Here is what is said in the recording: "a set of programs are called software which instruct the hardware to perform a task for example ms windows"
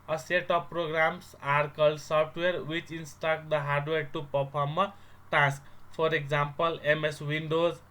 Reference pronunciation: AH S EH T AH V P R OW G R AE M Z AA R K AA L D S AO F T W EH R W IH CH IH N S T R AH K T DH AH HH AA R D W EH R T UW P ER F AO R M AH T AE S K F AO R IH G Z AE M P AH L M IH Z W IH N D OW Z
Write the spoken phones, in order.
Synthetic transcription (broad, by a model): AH S EH T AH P R OW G R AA M S AA R K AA L S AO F T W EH R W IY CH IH N S T AH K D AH HH AA R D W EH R T UW P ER P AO R M AH T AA S K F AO R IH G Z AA M P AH L M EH S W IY N D OW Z